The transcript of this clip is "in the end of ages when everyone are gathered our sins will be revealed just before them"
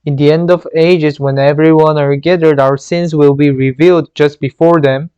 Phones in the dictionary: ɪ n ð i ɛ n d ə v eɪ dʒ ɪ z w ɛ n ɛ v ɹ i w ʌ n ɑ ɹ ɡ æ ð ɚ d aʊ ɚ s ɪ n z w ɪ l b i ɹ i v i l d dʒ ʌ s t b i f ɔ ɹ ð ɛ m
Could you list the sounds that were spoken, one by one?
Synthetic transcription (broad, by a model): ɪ n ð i ɛ n d ə v eɪ dʒ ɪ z w ɛ n ɛ v ɹ i w ʌ n ɑ ɹ ɡ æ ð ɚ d aʊ ɚ s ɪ n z w ɪ l b i ɹ i v i l d dʒ ʌ s t b i f ɔ ɹ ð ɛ m